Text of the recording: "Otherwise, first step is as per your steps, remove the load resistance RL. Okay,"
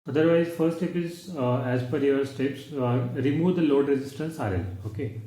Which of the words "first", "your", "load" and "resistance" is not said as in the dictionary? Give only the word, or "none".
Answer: first